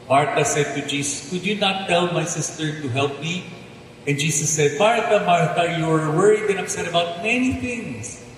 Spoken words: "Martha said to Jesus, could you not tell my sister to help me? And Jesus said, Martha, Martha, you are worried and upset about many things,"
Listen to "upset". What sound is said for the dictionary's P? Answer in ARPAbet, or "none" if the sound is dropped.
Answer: none